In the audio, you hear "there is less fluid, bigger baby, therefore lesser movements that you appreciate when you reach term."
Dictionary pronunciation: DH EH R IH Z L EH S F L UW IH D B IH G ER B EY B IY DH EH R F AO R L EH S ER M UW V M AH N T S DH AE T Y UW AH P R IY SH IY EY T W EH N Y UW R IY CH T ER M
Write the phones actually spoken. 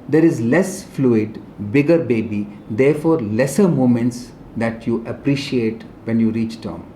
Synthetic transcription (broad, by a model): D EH R IH Z L EH S F L UW IH D B IH G ER B EY B IY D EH R F AO R L EH S ER M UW M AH N T S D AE T Y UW AH P R IY SH IY EY T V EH N Y UW R IY CH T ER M